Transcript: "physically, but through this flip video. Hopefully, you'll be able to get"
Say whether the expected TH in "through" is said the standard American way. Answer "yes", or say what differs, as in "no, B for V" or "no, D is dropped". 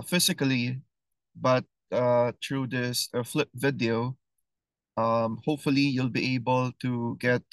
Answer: no, T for TH